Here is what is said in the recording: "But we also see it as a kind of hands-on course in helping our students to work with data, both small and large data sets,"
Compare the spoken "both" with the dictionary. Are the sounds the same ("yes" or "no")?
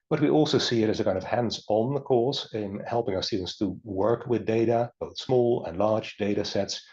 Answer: yes